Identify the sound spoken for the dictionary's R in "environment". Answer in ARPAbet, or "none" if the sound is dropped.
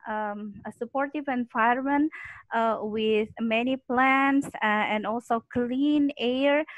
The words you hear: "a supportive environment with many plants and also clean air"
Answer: none